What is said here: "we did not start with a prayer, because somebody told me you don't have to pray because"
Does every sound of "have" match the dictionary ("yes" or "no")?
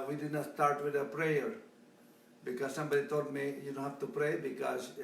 no